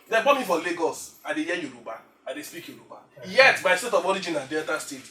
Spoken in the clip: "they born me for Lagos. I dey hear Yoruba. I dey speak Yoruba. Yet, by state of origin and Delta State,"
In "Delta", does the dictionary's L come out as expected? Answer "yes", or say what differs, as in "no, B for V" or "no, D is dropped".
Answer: no, L is dropped